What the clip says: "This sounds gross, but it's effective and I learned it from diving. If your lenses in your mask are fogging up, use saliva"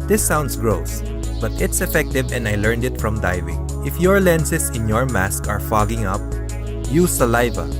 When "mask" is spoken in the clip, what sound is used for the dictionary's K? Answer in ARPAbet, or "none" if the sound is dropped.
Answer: K